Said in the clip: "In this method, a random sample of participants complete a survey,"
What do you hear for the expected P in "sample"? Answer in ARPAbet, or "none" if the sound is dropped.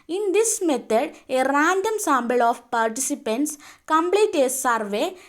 B